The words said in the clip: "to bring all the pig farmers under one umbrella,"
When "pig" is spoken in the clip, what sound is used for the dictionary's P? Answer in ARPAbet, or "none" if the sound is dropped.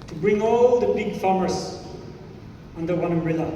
B